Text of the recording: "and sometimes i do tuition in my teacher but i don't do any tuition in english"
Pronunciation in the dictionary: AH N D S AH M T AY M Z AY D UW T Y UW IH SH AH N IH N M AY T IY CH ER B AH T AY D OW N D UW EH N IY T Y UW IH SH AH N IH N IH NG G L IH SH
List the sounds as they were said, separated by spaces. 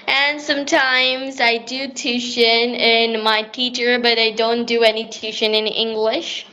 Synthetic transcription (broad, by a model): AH N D S AH M T AY M Z AY D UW T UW SH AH N IH N M AY T IY CH ER B AH T AY D OW N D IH EH N IY T UW SH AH N IH N IH NG G L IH SH